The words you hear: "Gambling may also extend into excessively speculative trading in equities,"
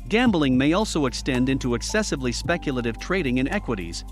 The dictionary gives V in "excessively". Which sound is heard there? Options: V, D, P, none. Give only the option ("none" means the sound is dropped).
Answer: V